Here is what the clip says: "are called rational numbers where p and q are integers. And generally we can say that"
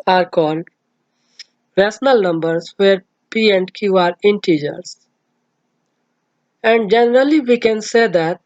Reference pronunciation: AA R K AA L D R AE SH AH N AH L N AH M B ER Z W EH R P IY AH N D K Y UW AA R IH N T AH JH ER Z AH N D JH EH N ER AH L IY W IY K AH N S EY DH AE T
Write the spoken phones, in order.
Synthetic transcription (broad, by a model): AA R K AA L D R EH S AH N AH L N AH M B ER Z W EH R P IY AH N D K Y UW AA R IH N T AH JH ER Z AH N D JH EH N ER AH L IY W IY K AH N S EY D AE T